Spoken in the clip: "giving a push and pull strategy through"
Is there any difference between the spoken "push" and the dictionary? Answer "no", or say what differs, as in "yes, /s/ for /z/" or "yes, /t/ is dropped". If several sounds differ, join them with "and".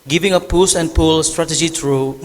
yes, /s/ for /ʃ/